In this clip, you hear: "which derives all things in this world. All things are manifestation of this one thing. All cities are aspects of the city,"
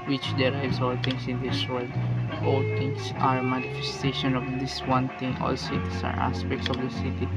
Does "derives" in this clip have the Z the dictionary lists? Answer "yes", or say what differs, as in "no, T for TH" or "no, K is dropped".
no, S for Z